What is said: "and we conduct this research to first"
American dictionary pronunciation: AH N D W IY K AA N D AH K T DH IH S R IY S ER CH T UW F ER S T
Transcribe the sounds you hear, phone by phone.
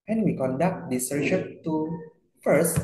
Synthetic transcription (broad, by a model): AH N W IY K AA N D AH K T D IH S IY SH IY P T UW F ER S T